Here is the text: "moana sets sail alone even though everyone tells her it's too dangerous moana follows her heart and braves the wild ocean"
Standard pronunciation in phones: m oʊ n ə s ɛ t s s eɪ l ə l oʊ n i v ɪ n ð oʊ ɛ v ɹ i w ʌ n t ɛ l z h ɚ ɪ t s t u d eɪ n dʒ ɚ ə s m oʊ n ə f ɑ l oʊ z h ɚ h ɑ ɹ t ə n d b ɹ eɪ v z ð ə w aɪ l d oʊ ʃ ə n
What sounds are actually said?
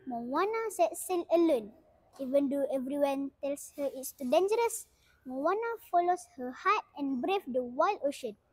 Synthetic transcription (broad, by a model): m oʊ n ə s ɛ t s s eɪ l ə l oʊ n i v ɪ n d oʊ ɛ v ɹ i w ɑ n t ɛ l s h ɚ ɪ t s t u d eɪ n dʒ ɚ ə s m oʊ n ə f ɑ l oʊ s h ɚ h ɑ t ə n b ɹ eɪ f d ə w aɪ l d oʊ ʃ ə n